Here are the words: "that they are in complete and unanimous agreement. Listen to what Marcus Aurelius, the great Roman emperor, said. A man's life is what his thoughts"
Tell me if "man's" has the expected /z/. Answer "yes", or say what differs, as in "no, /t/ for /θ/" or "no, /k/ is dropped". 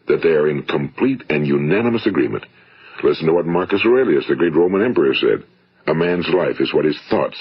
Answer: yes